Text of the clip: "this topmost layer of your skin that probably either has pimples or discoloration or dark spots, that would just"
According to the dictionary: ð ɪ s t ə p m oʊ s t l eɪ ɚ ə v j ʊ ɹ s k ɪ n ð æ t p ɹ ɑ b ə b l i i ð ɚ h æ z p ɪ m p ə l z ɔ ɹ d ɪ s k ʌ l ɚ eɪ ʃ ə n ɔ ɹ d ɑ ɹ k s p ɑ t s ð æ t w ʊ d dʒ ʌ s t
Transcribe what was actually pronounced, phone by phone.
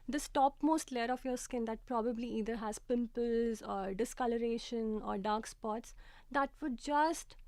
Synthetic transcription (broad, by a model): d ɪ s t ə p m oʊ s t l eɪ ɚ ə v j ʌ ɹ s k ɪ n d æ t p ɹ ɑ b ə b l i i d ɚ h æ z p ɪ m p ə l z ɔ ɹ d ɪ s k ʌ l ɚ eɪ ʃ ə n ɔ ɹ d ɑ ɹ k s p ɑ t s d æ t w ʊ d dʒ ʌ s t